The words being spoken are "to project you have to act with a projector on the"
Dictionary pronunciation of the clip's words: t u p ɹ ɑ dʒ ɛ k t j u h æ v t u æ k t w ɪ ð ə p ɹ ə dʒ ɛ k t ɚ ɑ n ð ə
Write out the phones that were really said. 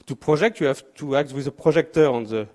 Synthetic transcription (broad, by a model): t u p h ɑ ʒ ɛ k t j u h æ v t u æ k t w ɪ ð ə p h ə ʒ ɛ k t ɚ ɑ n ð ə